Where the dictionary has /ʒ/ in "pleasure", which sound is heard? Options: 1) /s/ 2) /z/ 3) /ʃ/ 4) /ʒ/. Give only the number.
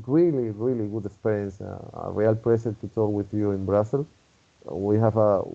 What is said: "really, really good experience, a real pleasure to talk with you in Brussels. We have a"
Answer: 1